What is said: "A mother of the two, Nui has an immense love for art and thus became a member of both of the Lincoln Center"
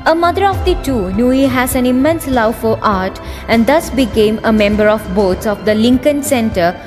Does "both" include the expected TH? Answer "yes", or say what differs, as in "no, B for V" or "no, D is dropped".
no, S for TH